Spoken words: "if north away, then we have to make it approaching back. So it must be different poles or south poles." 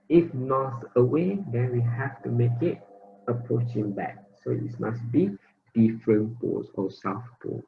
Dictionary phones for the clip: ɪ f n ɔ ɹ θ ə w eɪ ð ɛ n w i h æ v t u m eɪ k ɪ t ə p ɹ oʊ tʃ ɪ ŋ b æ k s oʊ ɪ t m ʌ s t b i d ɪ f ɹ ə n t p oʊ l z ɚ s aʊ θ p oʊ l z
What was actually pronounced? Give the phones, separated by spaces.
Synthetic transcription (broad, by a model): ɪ f n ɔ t ə w eɪ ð ɛ n w i h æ f t u m eɪ k ɪ t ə p ɹ oʊ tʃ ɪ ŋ b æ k s oʊ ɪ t m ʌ s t b i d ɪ f ɹ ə n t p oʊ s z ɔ s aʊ f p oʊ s